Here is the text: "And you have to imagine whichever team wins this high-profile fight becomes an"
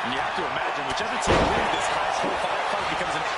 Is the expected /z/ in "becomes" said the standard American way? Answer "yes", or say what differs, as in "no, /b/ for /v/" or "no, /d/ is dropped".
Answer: yes